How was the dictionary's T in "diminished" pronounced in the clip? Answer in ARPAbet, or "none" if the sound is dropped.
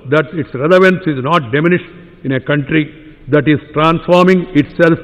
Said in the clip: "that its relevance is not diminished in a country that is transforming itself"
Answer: none